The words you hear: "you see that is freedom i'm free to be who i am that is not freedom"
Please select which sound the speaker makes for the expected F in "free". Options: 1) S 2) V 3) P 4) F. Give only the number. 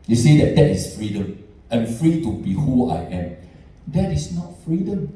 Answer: 4